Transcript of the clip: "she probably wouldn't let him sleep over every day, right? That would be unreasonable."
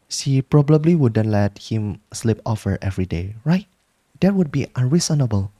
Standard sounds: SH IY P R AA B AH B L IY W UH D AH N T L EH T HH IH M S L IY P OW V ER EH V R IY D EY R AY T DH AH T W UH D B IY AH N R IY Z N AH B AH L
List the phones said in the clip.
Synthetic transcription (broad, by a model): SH IY P R AA B AH B L IY W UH D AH N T L EH T HH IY M S L IY P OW F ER EH V R IY D EY R AY T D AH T W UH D B IY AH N R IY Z N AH B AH L